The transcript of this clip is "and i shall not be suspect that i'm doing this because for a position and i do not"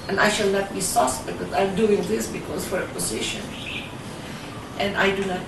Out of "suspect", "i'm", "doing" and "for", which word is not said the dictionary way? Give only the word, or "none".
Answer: suspect